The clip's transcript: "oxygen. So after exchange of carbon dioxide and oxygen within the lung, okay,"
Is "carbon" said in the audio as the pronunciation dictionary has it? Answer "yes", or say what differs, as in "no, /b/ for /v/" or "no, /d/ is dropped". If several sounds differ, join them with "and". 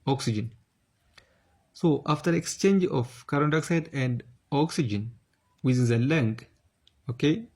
no, /b/ is dropped